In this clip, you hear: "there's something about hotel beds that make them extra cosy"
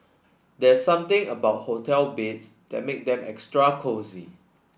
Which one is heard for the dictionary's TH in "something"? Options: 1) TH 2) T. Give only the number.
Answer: 2